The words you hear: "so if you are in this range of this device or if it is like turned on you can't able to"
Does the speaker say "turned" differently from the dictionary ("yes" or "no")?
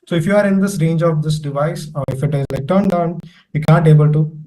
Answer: no